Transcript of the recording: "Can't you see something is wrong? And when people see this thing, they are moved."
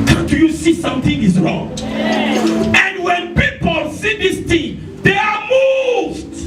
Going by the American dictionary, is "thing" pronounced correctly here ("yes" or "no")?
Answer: no